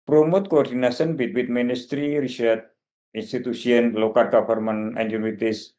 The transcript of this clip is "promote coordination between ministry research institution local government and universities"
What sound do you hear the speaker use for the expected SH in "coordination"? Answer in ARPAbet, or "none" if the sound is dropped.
S